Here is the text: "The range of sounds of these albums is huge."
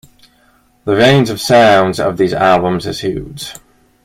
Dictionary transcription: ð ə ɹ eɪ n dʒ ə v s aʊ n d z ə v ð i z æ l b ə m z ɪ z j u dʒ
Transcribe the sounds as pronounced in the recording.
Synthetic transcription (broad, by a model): ð ə ɹ eɪ n z ə v s aʊ n d z ə v ð i z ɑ l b ə m z ɪ z j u z